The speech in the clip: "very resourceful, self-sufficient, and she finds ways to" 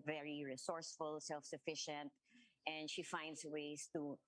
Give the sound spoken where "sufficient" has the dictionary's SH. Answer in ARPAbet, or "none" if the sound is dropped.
SH